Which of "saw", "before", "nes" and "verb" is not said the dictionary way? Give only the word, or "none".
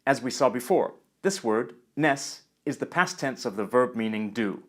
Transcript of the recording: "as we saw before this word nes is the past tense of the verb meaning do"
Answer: none